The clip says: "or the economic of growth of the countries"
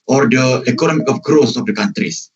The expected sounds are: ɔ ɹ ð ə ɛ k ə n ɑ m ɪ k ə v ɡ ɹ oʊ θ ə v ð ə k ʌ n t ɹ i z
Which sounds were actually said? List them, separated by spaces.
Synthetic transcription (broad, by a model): ɔ ɹ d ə ɛ k ə n ɑ m ɪ k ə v ɡ ɹ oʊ s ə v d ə k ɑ n t ɹ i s